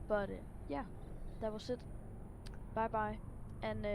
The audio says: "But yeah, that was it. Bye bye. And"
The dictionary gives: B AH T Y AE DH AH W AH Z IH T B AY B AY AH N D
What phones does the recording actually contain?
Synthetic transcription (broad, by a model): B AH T Y AE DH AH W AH S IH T B AY B AY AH N